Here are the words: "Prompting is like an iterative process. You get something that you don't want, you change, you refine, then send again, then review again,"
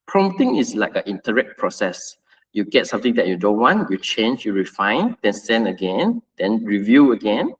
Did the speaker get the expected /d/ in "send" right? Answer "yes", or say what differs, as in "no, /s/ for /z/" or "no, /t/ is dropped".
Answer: no, /d/ is dropped